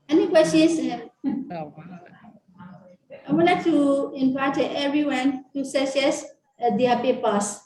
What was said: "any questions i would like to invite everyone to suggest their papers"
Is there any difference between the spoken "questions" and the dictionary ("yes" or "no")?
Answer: yes